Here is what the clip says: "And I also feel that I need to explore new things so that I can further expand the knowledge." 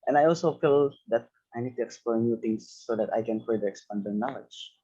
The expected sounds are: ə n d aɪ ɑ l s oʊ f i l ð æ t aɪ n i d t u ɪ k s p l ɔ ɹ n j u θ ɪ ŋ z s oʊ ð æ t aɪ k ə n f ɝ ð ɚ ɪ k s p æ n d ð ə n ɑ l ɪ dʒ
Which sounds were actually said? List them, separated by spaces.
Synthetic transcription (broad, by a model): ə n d aɪ ɑ l s oʊ f i l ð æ t aɪ n i d t u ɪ k s p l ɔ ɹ n j u t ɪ ŋ s oʊ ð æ t aɪ k ə n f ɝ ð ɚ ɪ k s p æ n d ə n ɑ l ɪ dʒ